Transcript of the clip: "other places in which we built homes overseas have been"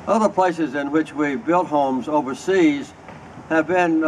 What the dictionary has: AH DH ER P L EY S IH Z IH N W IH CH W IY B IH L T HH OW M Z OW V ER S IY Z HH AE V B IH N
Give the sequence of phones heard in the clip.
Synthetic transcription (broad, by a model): AH DH ER P L EY S IH Z IH N W IH CH W IY B IH L T HH OW M Z OW V ER S IY Z HH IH V B IH N